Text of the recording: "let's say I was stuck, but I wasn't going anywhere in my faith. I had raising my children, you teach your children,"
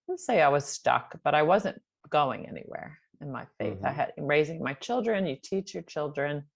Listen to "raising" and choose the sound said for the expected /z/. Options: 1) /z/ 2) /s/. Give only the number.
1